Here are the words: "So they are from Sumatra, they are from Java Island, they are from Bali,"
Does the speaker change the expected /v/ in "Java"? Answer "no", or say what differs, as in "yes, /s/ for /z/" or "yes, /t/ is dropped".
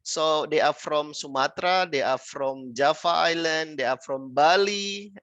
yes, /f/ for /v/